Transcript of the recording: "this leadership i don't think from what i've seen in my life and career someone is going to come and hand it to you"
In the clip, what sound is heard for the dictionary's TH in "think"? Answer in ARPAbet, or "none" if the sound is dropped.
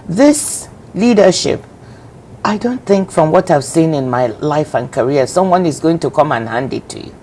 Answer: TH